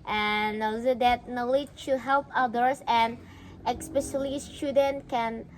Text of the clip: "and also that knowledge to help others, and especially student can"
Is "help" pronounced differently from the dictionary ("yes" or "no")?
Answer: no